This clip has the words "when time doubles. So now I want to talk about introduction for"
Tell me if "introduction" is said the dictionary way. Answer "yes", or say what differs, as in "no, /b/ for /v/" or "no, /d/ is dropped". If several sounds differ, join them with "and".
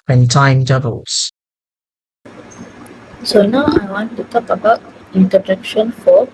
no, /ɹ/ is dropped